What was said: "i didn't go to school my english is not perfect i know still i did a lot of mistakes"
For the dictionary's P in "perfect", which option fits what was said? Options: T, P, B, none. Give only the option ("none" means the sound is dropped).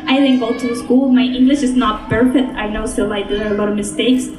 B